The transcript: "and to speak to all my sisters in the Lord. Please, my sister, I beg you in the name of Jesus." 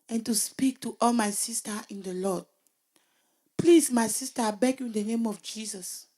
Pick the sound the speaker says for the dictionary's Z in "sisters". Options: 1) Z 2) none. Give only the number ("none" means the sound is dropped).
2